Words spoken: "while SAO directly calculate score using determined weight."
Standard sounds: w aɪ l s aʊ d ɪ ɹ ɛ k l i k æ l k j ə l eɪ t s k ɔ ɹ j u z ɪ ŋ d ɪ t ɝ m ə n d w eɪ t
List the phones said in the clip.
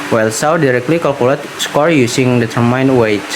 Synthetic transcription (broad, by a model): w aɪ l s aʊ d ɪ ɹ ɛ k l i k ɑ l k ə l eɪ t s k ɔ ɹ j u s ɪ ŋ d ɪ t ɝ m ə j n w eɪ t